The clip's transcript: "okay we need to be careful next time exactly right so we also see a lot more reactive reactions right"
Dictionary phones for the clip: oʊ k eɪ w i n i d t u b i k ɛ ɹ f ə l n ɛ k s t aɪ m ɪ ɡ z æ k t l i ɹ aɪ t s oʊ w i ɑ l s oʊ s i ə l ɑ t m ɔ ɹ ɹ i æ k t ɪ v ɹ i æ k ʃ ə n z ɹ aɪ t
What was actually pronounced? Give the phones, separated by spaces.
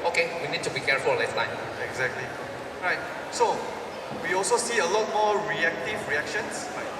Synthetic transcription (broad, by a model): oʊ k eɪ w i n i d t u b i k ɛ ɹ f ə l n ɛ s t aɪ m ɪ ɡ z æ k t l i ɹ aɪ t s oʊ w i ɑ l s oʊ s i ə l ɑ t m ɔ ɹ ɹ i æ k t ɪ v ɹ i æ k ʃ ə n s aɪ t